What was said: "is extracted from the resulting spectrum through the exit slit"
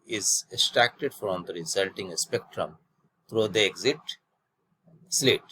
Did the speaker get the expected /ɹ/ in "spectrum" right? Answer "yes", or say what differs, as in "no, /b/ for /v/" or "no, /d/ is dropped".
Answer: yes